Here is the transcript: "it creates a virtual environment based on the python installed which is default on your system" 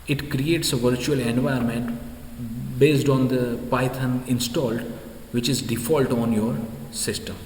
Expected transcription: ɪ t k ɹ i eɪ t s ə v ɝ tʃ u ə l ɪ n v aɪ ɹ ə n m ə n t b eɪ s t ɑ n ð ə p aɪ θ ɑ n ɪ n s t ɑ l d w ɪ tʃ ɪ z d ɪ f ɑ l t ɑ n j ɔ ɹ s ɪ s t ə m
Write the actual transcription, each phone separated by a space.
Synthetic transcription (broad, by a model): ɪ t k ɹ i eɪ t s ə v ɝ tʃ u ə l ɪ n v aɪ ə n m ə n t b eɪ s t ɑ n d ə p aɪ t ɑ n ɪ n s t ɑ l d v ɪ tʃ ɪ z d ɪ f ɑ l t ɑ n j ɔ ɹ s ɪ s t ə m